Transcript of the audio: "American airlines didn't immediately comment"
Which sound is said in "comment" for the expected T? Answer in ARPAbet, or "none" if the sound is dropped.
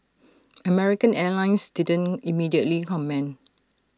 none